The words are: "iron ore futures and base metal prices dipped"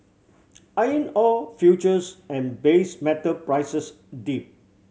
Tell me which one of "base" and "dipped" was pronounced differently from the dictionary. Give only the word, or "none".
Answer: dipped